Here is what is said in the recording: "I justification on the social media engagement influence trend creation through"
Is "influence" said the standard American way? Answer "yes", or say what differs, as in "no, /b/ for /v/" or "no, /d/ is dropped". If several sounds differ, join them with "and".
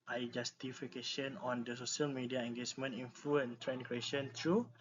no, /s/ is dropped